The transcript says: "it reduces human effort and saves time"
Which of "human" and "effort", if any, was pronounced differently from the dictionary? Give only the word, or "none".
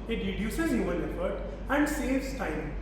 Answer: human